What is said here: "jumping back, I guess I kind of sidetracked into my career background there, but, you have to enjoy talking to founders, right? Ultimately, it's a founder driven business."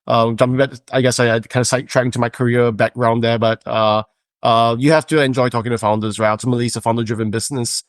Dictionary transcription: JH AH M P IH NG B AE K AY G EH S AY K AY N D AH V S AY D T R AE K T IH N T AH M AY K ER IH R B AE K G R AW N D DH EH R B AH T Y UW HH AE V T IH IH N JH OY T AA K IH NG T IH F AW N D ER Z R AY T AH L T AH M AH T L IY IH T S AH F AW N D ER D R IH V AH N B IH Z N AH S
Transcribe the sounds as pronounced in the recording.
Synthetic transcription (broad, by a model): JH AH M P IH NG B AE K AY G EH S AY K AY N D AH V S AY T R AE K IH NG T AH M AY K ER IH R B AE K R AW N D DH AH R B AH T Y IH HH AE F T IH IH N JH OY T AA K IH NG T IH F AW N D ER Z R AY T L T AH M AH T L IY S AH F AW N D ER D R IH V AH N B IH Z N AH S